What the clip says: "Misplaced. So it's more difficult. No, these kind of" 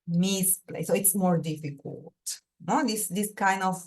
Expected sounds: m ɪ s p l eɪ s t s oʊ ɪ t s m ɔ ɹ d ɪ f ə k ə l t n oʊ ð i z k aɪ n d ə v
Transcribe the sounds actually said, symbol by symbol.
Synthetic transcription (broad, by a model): m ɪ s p l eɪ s s oʊ ɪ t s m ɔ ɹ d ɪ f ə k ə l t n oʊ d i s k aɪ n d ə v